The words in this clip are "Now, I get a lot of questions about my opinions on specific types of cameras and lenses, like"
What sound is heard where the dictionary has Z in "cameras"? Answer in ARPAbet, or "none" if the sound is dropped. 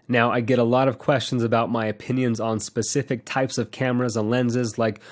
Z